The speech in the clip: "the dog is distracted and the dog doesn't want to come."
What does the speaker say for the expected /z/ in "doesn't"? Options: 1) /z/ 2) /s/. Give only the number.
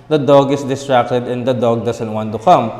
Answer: 2